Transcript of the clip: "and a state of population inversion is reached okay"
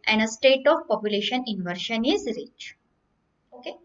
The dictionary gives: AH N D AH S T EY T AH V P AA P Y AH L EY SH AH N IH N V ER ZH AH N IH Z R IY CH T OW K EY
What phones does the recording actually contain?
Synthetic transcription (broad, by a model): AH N D AH S T EY T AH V P AA P Y AH L EY SH AH N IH N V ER SH AH N IH Z R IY CH OW K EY